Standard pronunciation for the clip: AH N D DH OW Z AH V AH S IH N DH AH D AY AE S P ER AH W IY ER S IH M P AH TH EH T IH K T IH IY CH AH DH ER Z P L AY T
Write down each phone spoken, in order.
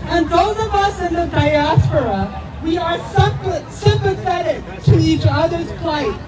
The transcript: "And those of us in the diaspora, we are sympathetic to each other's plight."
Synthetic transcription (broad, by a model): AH N DH OW Z AH V AH S IH N DH AH D AY AE S P ER AH W IY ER S IH M P AH TH EH T IH K T IH IY CH AH DH ER Z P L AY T